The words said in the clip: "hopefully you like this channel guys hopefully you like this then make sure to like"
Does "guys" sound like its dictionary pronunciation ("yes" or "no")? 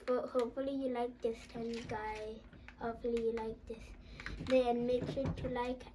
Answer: no